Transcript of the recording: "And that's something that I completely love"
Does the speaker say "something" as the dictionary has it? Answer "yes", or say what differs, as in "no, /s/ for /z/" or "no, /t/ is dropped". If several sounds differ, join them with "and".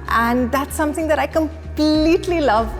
yes